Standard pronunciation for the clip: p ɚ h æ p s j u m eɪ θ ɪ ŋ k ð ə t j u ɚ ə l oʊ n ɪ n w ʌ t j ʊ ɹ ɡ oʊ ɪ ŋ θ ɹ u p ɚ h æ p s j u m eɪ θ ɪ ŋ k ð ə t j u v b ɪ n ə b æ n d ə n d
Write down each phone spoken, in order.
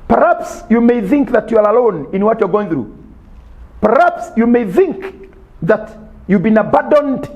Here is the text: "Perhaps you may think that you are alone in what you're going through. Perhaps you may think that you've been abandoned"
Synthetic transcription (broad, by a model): p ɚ h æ p s j u m eɪ θ ɪ ŋ k ð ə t j u ɚ ə l oʊ n ɪ n w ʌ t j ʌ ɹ ɡ oʊ ɪ ŋ θ ɹ u p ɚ h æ p s j u m eɪ θ ɪ ŋ k ð ə t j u b ɪ n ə b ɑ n d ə n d